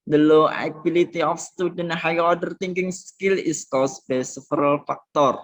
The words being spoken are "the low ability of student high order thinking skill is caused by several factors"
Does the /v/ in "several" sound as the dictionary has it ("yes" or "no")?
no